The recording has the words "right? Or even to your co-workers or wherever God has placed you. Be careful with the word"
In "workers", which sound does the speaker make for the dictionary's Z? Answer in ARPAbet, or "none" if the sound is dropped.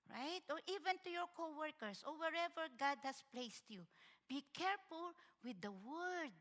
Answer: S